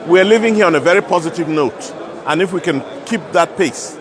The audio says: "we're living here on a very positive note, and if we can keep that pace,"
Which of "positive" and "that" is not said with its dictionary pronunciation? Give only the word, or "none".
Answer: none